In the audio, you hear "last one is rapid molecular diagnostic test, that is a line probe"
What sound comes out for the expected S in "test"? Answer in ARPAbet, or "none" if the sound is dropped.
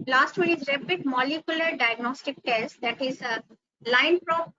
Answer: S